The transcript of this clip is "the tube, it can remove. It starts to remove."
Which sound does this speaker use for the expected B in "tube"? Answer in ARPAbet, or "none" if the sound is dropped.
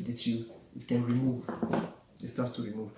none